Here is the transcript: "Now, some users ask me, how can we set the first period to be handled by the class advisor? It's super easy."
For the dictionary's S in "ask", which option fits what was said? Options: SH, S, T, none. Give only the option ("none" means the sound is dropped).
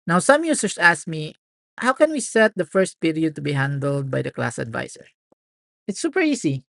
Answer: S